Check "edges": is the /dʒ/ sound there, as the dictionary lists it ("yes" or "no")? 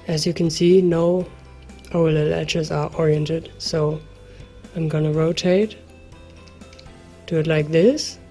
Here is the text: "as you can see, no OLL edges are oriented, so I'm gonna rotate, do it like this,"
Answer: no